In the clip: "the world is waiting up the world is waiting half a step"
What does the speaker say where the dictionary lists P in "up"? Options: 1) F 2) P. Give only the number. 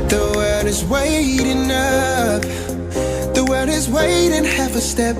1